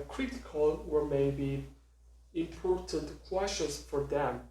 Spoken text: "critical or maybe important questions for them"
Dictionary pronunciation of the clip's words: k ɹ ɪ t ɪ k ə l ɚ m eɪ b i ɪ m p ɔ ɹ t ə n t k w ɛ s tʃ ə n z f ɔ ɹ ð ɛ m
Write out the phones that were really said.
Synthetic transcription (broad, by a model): k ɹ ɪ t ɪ k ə l ɚ m eɪ b i ɪ m p ɔ ɹ t ə n t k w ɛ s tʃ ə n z f ɔ ɹ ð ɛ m